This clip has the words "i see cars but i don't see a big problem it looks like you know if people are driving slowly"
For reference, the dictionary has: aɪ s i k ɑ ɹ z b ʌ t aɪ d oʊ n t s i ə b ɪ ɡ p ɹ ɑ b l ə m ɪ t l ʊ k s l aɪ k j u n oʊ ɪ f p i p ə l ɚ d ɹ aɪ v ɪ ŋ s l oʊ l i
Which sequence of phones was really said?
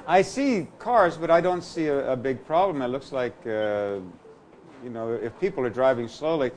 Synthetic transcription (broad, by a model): aɪ s i k ɑ ɹ z b ʌ t aɪ d oʊ n t s i ə b ɪ ɡ p ɹ ɑ b l ə m ɪ t l ʊ k s l aɪ k j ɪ n oʊ ɪ f p i p l ɚ d ɹ aɪ v ɪ ŋ s l oʊ l i